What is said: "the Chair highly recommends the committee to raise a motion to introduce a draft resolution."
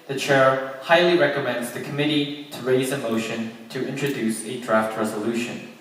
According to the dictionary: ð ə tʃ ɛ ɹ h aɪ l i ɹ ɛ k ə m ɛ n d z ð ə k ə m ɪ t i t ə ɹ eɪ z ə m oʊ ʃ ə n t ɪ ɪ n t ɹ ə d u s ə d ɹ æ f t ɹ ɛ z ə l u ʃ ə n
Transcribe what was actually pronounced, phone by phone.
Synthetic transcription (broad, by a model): ð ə tʃ ɛ ɹ h aɪ l i ɹ ɛ k ə m ɛ n d z ð ə k ə m ɪ t i t ə ɹ eɪ z ə m oʊ ʃ ə n t ɪ ɪ n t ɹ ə d u s ə d ɹ æ f t ɹ ɛ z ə l u ʃ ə n